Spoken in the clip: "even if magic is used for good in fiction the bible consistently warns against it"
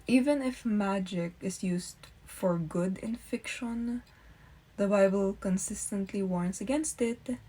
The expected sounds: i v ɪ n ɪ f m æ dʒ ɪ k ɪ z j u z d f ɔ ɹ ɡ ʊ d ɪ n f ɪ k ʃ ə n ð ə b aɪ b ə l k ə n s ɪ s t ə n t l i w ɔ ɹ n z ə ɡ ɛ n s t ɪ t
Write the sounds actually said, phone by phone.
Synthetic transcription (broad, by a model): i v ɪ n ɪ f m æ dʒ ɪ k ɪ s j u s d f ɔ ɹ ɡ ʊ d ɪ n f ɪ k ʃ ə n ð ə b aɪ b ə l k ə n s ɪ s t ə n t l i w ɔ ɹ n s ə ɡ ɛ n s t ɪ t